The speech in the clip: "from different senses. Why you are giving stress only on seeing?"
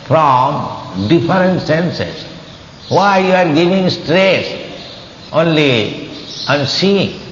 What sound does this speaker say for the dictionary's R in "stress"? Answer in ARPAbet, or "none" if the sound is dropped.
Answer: R